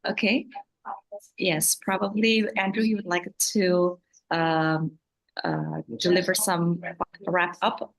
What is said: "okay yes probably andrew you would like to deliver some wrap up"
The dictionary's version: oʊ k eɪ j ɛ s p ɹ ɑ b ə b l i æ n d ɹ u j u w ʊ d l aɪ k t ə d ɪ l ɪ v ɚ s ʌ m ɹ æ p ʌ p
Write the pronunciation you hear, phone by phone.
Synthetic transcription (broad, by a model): oʊ k eɪ j ɛ s p ɹ ɑ b ə b l i æ n d ɹ u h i w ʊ d l aɪ k t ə d ɪ l ɪ v ɚ s ʌ m ɹ æ p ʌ p